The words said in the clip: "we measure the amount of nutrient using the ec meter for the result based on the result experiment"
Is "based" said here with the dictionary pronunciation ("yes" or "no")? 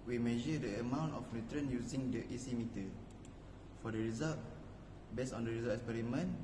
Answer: no